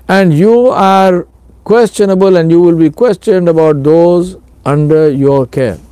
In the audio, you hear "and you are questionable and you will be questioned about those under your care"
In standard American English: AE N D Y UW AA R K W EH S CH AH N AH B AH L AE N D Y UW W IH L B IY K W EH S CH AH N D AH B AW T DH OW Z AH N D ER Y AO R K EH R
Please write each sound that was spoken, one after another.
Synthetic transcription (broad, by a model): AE N D Y UW AA R K W EH S CH AH N AH B AH L AE N D Y UW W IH L B IY K W EH S CH AH N D AH B AW T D OW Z AH N D ER Y AO R K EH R